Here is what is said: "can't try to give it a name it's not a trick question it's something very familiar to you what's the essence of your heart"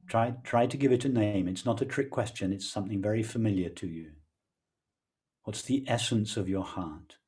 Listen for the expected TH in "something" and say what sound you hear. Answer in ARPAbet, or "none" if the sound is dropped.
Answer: TH